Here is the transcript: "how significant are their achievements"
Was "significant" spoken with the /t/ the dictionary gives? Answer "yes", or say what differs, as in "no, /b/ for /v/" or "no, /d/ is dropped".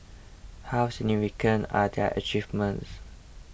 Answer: no, /t/ is dropped